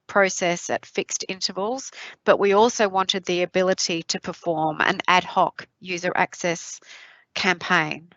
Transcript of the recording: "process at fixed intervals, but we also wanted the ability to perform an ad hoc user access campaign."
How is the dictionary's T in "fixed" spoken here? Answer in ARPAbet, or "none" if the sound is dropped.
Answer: T